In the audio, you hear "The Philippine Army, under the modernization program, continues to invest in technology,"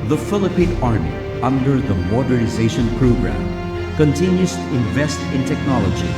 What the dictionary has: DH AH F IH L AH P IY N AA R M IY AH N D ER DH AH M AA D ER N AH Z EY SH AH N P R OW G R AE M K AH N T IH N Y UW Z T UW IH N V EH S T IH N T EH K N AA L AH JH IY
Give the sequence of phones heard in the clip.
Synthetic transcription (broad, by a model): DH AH F IH L AH P IY N AA R M IY AH N D ER DH AH M AA D ER N AH Z EY SH AH N P R OW G R AE M K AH N T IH N Y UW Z T UW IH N V EH S T IH N T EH K N AA L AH JH IY